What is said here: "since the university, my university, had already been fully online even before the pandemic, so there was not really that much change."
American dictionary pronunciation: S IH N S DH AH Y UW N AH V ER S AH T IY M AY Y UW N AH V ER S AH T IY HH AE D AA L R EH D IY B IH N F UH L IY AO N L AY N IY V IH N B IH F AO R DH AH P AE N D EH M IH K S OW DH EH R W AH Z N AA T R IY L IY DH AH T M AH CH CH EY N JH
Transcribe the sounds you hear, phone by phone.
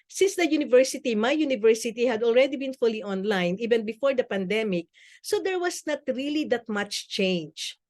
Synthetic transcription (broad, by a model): S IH N S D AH Y UW N AH V ER S AH T IY M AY Y UW N AH V ER S AH T IY HH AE D AA L R EH D IY B IH N F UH L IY AO N L AY N IY V IH N B IH F AO R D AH P AE N D EH M IH K S OW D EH R W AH S N AA T R IY L IY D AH T M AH CH CH EY N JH